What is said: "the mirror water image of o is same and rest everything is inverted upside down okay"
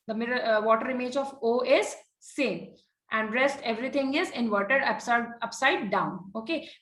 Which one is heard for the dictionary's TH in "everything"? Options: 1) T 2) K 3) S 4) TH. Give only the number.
1